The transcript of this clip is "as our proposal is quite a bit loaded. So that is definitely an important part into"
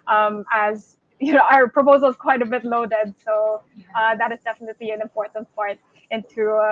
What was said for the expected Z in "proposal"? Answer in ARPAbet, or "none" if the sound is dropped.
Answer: Z